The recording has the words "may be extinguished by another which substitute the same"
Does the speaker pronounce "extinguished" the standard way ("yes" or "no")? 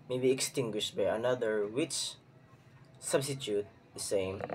yes